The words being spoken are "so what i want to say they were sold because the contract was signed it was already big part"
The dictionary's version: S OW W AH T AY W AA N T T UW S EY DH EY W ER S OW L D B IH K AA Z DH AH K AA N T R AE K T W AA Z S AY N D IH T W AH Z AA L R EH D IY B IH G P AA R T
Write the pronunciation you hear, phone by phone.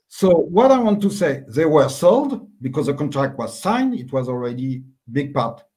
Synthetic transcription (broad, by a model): S OW W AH T AY W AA N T T UW S EY DH EY W ER S OW L D B IH K AA Z DH AH K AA N T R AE K T W AA Z S AY N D IH T W AH Z AA L R EH D IY B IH G P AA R T